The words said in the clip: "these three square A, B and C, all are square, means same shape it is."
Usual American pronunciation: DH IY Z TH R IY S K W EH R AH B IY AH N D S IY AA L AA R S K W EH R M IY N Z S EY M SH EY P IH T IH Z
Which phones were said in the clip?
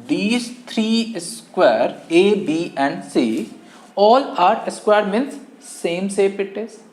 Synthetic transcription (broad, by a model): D IY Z T R IY S K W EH R AH B IY AH N D S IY AA L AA R S K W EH R M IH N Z S EY M S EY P IH T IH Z